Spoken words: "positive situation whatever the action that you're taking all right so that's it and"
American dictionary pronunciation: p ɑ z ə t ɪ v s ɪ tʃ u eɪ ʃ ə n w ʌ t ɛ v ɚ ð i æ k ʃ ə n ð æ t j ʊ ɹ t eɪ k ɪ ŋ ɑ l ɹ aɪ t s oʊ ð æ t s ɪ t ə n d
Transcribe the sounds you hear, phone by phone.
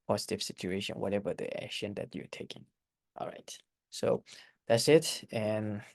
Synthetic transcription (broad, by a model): p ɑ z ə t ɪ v s ɪ tʃ u eɪ ʃ ə n w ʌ t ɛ v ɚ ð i æ k ʃ ə n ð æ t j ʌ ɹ t eɪ k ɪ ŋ ɑ l ɹ aɪ t s oʊ ð æ t s ɪ t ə n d